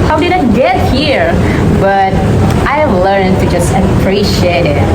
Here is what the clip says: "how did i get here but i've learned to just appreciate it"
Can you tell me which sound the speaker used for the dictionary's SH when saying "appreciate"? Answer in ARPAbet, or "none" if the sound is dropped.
SH